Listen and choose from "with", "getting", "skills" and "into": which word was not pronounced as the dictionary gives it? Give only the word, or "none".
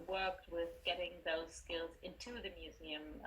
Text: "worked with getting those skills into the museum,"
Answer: none